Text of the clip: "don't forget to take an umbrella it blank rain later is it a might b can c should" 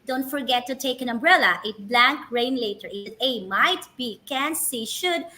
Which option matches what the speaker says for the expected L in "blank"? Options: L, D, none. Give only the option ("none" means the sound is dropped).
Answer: L